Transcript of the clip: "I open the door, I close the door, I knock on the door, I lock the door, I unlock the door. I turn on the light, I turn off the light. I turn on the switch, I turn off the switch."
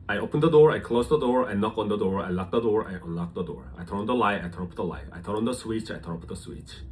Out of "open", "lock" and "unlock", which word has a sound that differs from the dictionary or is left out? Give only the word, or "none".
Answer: none